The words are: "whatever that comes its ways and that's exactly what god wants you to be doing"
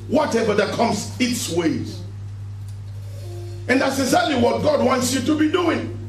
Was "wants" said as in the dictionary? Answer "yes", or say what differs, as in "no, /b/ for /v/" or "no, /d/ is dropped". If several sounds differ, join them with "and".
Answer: yes